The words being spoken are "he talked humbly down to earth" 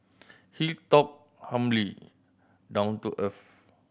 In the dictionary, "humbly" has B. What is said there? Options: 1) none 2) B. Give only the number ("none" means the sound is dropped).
1